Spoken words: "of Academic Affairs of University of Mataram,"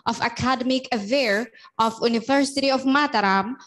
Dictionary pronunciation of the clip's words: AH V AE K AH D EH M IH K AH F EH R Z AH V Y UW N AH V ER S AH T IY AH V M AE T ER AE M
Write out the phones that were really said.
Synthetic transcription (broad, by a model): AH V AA K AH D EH M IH K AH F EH R AH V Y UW N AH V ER S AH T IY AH F M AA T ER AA M